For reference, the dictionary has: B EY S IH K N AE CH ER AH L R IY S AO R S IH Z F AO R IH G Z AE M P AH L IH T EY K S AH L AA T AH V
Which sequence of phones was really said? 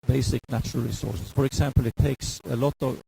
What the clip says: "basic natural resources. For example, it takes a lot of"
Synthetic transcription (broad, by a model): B EY S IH K N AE CH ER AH L R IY S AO R S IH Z F AO R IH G S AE M P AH L IH T EY K S AH L AA T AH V